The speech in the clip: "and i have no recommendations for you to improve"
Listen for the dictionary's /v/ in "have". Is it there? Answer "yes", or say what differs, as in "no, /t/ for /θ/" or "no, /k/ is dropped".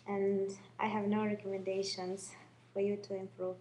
yes